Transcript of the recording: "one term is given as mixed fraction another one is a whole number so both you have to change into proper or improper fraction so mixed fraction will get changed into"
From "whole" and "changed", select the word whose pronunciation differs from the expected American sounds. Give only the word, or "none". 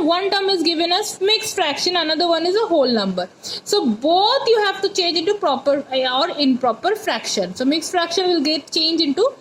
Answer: changed